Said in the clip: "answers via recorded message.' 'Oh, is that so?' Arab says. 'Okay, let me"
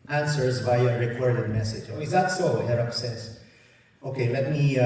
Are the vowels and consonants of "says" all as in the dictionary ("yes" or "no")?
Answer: no